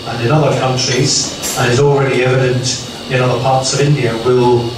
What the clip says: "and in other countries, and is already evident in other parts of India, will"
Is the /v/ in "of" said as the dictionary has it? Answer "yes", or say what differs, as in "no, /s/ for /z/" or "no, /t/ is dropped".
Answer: yes